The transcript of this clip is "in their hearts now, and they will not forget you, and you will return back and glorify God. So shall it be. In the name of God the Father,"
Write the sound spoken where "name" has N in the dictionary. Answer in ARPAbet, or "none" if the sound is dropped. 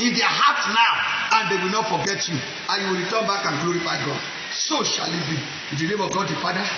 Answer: L